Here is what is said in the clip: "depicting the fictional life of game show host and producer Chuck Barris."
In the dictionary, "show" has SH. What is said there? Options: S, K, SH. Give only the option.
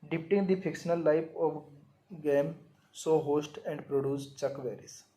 S